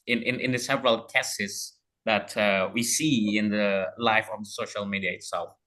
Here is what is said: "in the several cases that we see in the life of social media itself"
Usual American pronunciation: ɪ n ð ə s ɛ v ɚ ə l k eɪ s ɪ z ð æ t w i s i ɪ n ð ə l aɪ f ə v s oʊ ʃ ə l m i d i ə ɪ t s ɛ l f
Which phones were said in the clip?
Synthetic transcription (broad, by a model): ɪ n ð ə s ɛ v ɚ ə l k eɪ s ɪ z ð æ t w i s i ɪ n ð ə l aɪ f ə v s oʊ ʃ ə l m i d i ə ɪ t s ɛ l f